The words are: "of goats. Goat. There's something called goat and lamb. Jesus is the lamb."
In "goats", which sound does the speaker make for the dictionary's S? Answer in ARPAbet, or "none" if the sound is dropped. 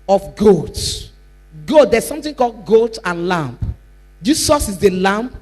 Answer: none